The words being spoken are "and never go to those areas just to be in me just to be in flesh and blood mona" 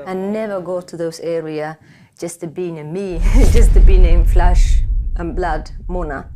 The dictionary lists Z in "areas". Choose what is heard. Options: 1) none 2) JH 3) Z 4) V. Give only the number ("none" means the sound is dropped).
1